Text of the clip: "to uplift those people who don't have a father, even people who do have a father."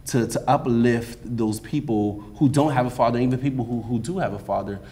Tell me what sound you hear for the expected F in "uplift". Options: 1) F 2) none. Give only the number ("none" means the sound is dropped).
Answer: 1